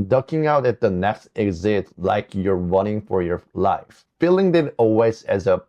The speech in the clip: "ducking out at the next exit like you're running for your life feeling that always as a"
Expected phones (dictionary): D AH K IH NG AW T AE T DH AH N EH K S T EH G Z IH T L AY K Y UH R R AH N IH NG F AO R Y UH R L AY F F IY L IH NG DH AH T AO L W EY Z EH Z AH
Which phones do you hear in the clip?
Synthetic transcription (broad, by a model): D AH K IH NG AW T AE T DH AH N EH K S T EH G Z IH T L AY K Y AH R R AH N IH NG F AO R Y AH R L AY F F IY L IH NG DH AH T AO L W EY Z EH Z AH